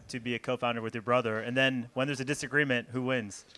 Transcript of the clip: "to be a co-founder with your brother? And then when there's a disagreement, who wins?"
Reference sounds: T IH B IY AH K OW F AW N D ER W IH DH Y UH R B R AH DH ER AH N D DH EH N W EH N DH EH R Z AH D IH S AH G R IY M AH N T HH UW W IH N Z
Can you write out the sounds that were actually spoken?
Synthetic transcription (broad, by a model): T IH B IY AH K OW F AW N D ER W IH DH Y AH R B R AH DH ER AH N DH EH N W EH N DH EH R Z AH D IH S AH G R IY M AH N T HH UW W IH N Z